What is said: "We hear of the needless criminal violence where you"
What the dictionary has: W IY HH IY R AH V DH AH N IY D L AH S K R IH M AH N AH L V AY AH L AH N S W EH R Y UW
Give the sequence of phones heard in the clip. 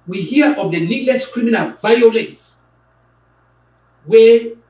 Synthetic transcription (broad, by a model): W IY HH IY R AH V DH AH N IY D L AH S K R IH M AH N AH L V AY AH L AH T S W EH